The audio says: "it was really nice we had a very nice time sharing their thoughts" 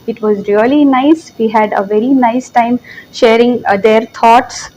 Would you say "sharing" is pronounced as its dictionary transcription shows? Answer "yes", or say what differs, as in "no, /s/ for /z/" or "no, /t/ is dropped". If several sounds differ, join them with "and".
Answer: yes